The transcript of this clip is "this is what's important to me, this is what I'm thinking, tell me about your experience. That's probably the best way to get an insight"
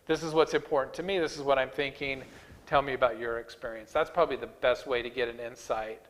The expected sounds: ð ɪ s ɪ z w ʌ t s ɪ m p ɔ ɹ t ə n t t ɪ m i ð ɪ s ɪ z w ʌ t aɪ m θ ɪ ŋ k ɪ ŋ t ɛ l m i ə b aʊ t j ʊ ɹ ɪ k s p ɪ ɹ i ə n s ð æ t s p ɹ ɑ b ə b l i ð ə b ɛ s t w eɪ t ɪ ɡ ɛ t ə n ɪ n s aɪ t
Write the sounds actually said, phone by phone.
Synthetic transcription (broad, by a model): ð ɪ s ɪ z w ʌ t s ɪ m p ɔ ɹ t n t t ɪ m i ð ɪ s ɪ z w ʌ t aɪ m θ ɪ ŋ k ɪ ŋ t ɛ l m i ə b aʊ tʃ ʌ ɹ ɪ k s p ɪ ɹ i ə n s ð æ t s p ɹ ɑ b ə b l i ð ə b ɛ s t w eɪ t ɪ ɡ ɛ t ə n ɪ n s aɪ t